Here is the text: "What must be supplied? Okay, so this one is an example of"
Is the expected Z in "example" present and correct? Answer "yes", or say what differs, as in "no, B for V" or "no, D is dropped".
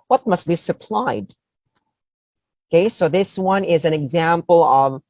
yes